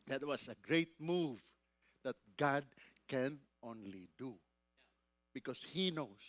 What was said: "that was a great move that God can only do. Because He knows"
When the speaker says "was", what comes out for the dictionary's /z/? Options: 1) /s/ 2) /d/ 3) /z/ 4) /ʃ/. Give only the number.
1